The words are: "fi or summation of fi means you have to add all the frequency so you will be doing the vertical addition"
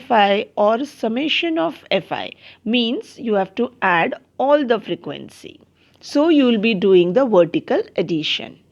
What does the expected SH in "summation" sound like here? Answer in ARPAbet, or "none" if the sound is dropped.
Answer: SH